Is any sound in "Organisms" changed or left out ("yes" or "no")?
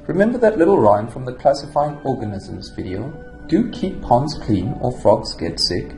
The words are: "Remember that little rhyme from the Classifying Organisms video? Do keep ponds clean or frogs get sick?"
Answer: no